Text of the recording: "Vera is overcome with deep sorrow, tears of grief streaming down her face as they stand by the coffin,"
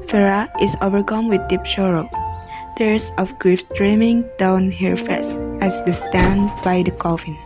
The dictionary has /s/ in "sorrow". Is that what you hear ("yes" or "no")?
no